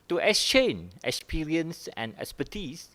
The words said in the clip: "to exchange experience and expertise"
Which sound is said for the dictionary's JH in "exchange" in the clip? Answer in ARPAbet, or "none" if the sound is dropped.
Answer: none